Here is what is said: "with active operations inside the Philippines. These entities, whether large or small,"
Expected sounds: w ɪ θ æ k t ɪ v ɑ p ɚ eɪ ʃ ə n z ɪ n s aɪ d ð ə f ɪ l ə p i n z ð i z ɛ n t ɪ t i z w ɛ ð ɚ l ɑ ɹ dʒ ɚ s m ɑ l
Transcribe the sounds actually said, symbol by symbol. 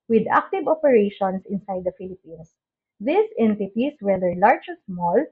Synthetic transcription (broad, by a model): w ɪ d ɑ k t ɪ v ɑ p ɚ eɪ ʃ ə n s ɪ n s aɪ d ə f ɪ l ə p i n s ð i s ɛ n t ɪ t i s w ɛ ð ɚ l ɑ ɹ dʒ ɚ s m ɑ l